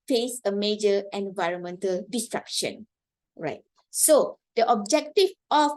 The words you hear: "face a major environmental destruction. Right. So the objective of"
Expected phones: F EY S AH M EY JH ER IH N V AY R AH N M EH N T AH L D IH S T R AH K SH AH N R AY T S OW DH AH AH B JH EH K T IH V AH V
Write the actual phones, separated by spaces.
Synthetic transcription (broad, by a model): F EY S AH M EY JH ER IH N V AY R AH N M EH N T AH L D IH S T R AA K SH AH N R AY T S OW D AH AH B JH EH K T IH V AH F